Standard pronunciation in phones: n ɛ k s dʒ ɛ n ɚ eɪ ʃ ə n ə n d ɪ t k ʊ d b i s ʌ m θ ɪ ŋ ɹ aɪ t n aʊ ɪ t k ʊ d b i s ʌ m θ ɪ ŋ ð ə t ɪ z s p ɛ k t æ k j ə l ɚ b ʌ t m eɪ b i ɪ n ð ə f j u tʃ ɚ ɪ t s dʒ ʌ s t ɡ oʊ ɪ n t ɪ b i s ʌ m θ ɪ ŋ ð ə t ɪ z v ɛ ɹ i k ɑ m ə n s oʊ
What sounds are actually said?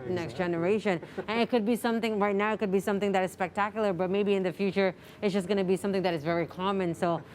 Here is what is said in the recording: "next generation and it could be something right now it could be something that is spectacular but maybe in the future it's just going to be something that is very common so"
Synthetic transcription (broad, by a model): n ɛ k s dʒ ɛ n ɚ eɪ ʃ ə n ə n ɪ t k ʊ d b i s ʌ m θ ɪ ŋ ɹ aɪ t n aʊ ɪ t k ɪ d b i s ʌ m θ ɪ ŋ ð ə t ɪ z s p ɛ k t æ k j l ɚ b ʌ t m eɪ b i ɪ n ð ə f j u tʃ ɚ ɪ t s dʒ ʌ s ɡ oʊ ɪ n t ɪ b i s ʌ m θ ɪ ŋ ð ə t ɪ z v ɛ ɹ i k ɑ m ə n s oʊ